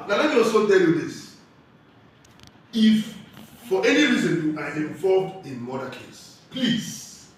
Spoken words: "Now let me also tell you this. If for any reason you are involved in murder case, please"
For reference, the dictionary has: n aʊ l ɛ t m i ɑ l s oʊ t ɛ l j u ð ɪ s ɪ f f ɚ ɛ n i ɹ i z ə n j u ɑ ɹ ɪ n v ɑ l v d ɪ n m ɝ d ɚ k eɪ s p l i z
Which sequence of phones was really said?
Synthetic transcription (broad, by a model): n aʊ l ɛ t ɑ s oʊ t ɛ l j u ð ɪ s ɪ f f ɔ ɛ n i ɹ i z ə n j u ɑ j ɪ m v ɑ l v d ɪ n m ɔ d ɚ k eɪ s p l i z